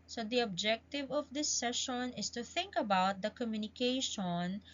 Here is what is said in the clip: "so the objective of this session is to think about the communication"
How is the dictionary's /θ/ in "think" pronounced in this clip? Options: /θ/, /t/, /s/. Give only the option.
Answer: /θ/